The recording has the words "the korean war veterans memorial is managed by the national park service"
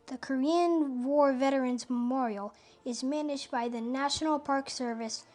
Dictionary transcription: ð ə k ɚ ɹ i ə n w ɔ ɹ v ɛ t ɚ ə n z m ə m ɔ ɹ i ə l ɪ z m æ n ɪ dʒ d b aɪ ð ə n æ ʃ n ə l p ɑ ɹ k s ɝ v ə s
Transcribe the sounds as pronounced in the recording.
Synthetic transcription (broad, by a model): ð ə k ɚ ɹ i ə n w ɔ ɹ v ɛ t ɚ ə n z m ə m ɔ ɹ i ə l ɪ z m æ n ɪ dʒ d b aɪ ð ə n æ ʃ n l p ɑ ɹ k s ɝ v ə s